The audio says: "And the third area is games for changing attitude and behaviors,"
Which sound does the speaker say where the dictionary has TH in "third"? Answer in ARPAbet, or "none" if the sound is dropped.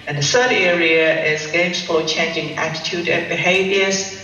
S